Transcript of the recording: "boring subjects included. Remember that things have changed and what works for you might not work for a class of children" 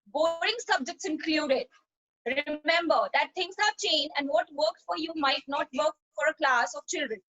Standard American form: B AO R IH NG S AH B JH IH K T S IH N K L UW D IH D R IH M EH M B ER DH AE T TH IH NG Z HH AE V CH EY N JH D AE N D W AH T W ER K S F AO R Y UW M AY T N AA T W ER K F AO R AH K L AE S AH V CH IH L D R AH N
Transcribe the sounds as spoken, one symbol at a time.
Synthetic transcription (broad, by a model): B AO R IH NG S AH B JH IH K T S IH N K L UW D IH D R IH M EH M B ER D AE T T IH NG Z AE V CH EY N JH AE N D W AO T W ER K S F AO R Y UW M AY T N AA T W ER K F AO R AH K L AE S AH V CH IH L D R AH N